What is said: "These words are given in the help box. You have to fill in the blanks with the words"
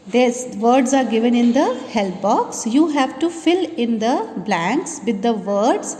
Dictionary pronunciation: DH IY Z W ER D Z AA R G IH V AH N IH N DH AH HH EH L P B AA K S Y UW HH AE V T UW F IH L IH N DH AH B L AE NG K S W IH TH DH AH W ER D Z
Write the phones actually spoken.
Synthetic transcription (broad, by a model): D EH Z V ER D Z AA R G IH V AH N IH N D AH HH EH L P B AA K S Y UW HH AE V T UW F IH L IH N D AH B L AE NG K S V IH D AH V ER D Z